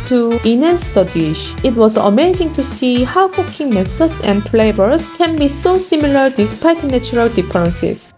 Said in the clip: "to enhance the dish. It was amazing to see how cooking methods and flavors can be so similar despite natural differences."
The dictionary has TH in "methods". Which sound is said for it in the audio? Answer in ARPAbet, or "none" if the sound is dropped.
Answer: S